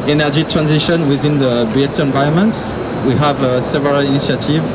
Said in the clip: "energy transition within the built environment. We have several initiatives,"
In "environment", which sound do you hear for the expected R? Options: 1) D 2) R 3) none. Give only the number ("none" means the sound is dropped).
3